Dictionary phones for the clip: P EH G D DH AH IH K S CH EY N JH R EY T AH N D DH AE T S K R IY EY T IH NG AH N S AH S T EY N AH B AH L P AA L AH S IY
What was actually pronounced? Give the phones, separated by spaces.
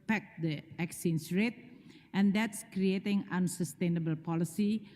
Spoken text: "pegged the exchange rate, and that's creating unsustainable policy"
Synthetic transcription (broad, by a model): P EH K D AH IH K S IY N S R EY T AH N D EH T S K R IY EY T IH NG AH N S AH S T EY N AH B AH L P AA L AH S IY